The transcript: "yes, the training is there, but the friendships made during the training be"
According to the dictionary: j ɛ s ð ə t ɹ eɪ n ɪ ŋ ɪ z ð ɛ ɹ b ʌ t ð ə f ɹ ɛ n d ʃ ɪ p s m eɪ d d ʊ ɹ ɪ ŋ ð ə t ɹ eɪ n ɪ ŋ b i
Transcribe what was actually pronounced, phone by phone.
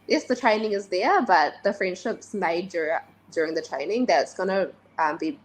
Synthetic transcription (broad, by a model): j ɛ s ð ə t ɹ eɪ n ɪ ŋ ɪ z ð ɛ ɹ b ʌ t ð ə f ɹ ɛ n d ʃ ɪ p s m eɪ d d ʊ ɹ ɪ ŋ ð ə t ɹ eɪ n ɪ ŋ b i